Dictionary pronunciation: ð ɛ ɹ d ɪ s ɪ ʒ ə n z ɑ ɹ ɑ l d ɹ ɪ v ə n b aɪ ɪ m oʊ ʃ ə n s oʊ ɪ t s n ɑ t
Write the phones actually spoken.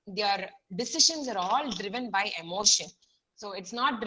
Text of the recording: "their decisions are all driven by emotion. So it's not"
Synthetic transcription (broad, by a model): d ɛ ɹ d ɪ s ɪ ʃ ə n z ɑ ɹ ɑ l d ɹ ɪ v ə n b aɪ ɪ m oʊ ʃ ə n s oʊ ɪ t s n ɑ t